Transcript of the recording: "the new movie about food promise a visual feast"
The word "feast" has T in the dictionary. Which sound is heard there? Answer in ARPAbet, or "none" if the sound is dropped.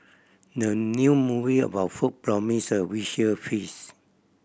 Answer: none